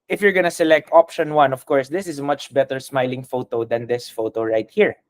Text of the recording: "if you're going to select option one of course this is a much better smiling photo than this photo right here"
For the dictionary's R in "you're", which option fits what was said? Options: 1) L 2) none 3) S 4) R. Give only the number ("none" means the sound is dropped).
4